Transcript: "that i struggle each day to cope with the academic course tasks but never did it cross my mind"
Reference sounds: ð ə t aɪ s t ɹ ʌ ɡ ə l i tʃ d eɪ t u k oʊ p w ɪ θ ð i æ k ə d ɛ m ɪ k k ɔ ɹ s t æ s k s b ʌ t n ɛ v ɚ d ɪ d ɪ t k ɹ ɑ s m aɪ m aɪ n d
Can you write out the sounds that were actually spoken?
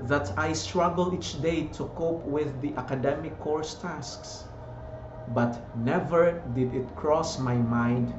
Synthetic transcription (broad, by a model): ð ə t aɪ s t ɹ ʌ ɡ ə l i tʃ d eɪ t u k oʊ p w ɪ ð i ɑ k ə d ɛ m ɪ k k ɔ ɹ s t æ s k s b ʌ t n ɛ v ɚ d ɪ d ɪ t k ɹ ɑ s m aɪ m aɪ n d